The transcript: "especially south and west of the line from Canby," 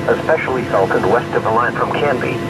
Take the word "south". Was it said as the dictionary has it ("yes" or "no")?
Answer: no